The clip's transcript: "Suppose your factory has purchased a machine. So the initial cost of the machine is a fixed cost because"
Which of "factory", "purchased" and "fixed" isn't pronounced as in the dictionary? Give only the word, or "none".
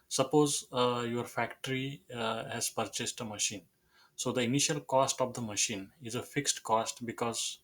none